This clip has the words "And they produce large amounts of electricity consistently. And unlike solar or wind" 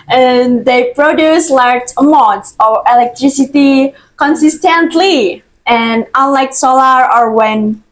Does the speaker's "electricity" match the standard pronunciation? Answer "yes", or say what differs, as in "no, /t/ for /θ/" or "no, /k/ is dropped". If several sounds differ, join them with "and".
yes